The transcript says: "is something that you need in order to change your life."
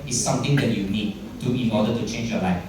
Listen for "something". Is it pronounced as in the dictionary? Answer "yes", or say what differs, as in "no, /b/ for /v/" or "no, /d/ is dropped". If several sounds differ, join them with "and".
no, /t/ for /θ/